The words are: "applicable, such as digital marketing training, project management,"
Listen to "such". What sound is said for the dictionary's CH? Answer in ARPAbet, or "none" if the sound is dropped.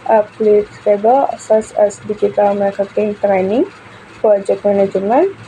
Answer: S